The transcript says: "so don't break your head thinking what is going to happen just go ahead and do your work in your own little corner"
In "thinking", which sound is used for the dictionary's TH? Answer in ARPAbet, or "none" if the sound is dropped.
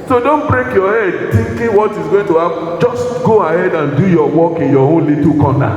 T